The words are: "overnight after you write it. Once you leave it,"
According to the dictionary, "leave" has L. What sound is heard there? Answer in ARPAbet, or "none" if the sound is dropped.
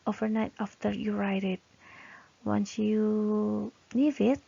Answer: N